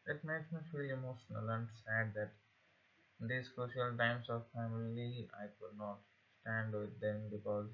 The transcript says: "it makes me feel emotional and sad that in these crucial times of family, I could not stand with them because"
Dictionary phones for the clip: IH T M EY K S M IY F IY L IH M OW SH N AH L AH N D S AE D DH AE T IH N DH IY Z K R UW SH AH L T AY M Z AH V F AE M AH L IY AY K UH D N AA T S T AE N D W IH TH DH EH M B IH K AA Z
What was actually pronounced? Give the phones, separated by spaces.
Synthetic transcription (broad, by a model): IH T M EY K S M IY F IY L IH M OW S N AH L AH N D S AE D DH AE T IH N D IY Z K R UW SH AH L T AY M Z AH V F AE M AH L IY AY K UH D N AA T S T AE N D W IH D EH M B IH K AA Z